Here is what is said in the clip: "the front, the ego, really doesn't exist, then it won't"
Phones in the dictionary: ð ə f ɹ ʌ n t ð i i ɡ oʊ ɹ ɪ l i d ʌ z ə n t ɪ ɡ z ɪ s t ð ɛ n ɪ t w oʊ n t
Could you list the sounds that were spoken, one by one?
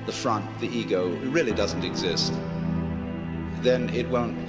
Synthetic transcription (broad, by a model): ð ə f ɹ ʌ n t ð i i ɡ oʊ ɹ ɪ l i d ʌ z n t ɪ ɡ z ɪ s t ð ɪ n ɪ t w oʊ n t